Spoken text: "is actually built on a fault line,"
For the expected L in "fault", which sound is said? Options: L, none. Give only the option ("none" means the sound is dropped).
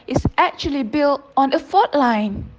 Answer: none